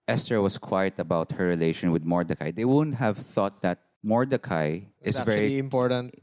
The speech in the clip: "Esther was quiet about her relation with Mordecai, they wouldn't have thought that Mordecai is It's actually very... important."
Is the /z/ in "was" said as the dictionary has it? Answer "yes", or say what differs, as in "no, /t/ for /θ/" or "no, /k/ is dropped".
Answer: no, /s/ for /z/